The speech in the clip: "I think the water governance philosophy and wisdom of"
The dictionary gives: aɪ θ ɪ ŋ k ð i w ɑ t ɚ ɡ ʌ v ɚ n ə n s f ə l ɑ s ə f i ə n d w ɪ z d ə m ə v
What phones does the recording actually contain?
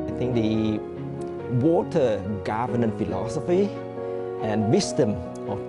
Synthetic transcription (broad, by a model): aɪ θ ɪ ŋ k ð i w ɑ t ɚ ɡ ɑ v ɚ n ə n f ə l ɑ s ə f i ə n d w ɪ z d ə m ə